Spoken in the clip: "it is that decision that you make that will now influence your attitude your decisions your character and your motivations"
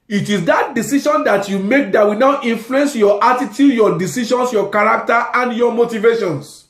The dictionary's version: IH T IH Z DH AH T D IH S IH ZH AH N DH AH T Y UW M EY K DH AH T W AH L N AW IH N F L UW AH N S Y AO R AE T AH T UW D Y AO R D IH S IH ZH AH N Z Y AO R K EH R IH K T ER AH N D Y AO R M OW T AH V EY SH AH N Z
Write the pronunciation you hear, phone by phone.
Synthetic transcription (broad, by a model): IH T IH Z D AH T D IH S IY SH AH N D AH T Y UW M EY K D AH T W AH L N AW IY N F L UW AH N S Y AO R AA T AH T UW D Y AO D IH S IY SH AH N S Y AO K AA R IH K T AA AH N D Y AO M OW T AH V EY SH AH N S